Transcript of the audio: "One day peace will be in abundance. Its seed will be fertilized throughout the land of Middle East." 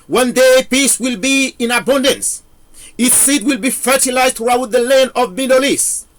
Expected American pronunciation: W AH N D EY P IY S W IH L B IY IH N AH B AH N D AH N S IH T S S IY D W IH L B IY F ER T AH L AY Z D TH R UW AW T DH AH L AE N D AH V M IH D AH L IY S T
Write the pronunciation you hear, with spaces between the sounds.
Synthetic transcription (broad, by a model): W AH N D EY P IY S W IH L B IY IH N AH B AH N D AH N S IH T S S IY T W IH L B IY F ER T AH L AY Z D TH R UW AW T DH AH L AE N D AH V M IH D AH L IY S